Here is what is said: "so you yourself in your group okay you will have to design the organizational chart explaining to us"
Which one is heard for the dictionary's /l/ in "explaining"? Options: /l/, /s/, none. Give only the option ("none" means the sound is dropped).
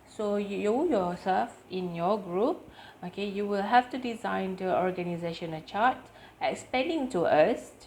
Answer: none